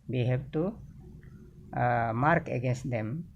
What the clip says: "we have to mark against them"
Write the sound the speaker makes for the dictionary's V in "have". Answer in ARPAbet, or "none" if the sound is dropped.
B